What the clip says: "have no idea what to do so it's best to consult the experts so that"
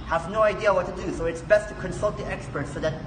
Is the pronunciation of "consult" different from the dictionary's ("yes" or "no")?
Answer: no